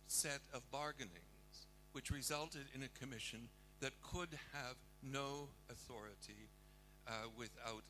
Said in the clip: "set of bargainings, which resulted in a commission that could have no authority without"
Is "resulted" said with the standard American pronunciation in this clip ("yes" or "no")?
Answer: yes